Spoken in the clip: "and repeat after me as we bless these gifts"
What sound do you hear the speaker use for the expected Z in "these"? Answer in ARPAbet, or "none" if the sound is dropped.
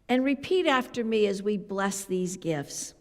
Z